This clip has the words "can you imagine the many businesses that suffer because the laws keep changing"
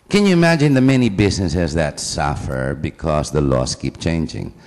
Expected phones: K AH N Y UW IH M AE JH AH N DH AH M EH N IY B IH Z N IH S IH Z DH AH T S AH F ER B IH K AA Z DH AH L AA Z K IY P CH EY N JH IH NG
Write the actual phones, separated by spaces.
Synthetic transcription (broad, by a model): K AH N Y UW IH M AE JH AH N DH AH M EH N IY B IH S N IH S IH S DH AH T S AH F ER B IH K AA S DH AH L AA S K IY P CH EY N JH IH NG